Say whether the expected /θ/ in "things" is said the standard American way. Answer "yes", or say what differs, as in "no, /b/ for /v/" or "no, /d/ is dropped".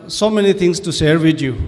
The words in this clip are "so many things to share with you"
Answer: no, /t/ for /θ/